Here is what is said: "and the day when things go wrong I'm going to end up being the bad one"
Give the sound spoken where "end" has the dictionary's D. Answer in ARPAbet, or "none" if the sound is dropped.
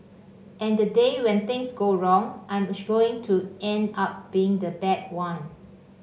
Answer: D